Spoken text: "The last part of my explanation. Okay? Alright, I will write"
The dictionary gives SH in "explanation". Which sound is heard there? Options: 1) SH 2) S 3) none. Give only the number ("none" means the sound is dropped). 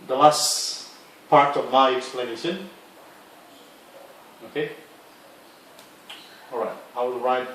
2